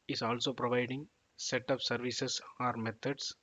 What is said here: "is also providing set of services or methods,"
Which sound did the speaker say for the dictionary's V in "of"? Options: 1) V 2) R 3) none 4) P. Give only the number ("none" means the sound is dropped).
4